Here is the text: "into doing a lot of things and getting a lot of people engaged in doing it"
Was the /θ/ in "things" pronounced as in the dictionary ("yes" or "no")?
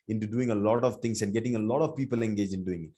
no